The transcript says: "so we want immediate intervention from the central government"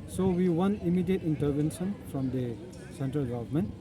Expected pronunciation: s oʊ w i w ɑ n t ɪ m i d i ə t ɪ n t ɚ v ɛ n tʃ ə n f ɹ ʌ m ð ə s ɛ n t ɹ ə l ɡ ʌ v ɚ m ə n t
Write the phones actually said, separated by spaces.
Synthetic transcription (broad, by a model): s oʊ w i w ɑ n ɪ m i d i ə t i n t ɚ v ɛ n s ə n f ɹ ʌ m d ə s ɛ n t ɹ ə l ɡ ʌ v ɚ m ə n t